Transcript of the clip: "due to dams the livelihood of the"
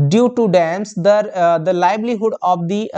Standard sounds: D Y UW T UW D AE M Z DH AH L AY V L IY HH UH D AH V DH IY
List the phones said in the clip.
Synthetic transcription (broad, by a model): D Y UW T UW D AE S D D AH L AY B L IY HH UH D AH V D IY